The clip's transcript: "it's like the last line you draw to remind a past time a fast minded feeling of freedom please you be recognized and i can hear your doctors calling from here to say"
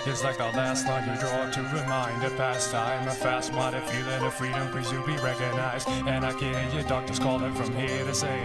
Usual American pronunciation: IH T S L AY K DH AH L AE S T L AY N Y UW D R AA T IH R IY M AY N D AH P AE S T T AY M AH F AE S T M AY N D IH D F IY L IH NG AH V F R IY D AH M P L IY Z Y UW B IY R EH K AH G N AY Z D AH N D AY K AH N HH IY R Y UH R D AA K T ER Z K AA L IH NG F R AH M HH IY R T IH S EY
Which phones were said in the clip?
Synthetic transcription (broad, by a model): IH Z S L AY K DH AH L AE S T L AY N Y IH D R AA T IH R IY M AY N D AH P AE S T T AY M AH F AE S T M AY D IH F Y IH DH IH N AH F R IY D AH M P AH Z Y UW B IY R EH K AH G N AY Z D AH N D AY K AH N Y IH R D AA K T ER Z K AA L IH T F R AH M HH IY R T IH S EY